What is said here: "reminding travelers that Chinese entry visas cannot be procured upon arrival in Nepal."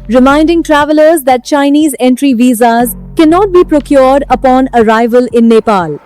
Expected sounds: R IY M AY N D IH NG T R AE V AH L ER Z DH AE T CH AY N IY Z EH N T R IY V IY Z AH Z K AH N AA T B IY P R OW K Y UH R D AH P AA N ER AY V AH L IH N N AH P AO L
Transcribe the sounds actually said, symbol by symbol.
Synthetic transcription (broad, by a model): R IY M AY N D IH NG T R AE V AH L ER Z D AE T CH AY N IY Z EH N T R IY V IY Z AH Z K AH N AA T B IY P R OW K Y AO R D AH P AA N ER AY V AH L IH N N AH P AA L